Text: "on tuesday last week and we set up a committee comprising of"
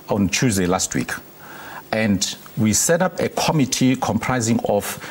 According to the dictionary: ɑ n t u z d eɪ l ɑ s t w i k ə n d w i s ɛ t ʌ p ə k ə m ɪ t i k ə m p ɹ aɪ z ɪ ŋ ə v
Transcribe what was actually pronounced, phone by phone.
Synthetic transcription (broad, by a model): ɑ n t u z d eɪ l ɑ s t w i k ə n d w i s ɛ t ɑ p ə k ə m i t i k ə m p ɹ aɪ z ɪ ŋ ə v